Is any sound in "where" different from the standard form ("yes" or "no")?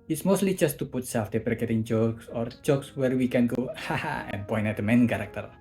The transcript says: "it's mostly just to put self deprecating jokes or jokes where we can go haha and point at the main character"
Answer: no